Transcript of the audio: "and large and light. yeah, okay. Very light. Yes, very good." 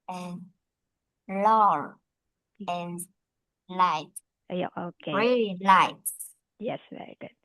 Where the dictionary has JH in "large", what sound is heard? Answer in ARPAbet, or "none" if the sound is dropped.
none